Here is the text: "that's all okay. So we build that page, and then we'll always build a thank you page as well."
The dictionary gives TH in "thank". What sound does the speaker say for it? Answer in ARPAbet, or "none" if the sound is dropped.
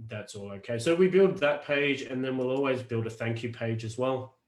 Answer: TH